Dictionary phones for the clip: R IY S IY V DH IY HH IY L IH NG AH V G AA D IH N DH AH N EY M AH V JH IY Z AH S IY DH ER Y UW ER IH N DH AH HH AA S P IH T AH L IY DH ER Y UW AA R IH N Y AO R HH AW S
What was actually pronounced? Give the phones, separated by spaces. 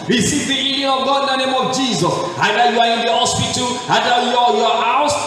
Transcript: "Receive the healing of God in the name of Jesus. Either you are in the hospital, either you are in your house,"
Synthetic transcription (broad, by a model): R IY S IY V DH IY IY N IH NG AH V G AA D IH N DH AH N EY M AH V JH IY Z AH S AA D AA Y UW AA IH N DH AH HH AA S P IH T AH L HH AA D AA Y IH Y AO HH AW S